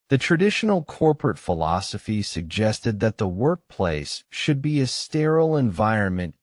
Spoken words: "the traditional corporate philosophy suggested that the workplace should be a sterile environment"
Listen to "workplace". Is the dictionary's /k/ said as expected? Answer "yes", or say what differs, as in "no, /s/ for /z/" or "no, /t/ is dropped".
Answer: yes